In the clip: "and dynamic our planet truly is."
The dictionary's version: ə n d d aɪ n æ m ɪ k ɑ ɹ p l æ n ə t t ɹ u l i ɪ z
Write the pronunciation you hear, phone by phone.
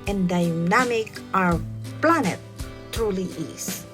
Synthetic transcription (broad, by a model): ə n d d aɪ n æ m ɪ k ɑ ɹ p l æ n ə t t u l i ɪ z